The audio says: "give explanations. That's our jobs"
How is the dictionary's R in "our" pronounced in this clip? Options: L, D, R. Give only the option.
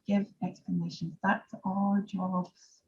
L